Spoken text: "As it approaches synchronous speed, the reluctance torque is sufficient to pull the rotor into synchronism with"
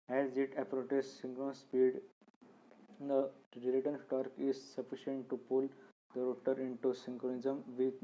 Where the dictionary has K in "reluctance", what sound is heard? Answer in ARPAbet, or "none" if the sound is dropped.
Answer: none